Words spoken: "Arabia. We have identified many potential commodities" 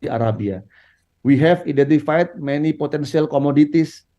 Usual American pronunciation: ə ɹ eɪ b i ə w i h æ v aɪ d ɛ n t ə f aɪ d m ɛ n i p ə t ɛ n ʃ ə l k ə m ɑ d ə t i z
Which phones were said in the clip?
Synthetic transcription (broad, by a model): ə ɹ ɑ b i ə w i h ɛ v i d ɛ n t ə f aɪ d m ɛ n i p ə t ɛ n s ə l k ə m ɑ d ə t i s